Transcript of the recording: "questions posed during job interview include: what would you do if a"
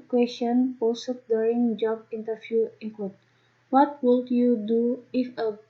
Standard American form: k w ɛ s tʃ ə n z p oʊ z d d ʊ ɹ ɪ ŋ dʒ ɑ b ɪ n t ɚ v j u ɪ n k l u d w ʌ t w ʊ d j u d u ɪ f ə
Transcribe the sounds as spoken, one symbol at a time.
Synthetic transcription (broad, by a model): k w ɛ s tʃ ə n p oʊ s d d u ɹ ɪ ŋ dʒ ɑ b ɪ n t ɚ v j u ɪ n k w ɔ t w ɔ t w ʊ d j u d u ɪ f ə